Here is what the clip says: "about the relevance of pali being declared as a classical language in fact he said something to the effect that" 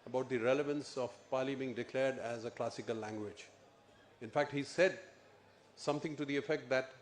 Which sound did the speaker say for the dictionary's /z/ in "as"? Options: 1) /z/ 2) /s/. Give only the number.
1